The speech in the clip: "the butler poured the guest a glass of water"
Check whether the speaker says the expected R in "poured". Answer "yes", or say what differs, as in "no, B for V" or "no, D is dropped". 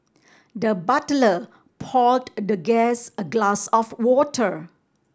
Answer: no, L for R